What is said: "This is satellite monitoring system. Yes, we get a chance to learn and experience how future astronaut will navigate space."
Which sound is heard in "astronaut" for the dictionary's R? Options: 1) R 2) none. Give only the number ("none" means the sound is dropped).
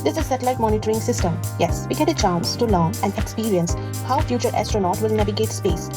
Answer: 1